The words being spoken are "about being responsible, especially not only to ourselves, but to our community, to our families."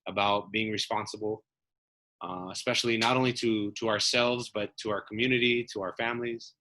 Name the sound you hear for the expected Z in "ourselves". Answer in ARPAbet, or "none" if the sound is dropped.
Z